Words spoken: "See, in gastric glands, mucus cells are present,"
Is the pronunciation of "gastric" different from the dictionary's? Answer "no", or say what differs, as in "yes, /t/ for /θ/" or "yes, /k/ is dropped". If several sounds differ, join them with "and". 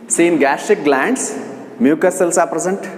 yes, /ɹ/ is dropped